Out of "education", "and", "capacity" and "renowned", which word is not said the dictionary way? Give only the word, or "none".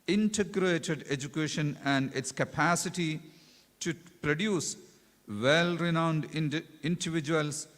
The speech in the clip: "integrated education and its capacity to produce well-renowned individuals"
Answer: none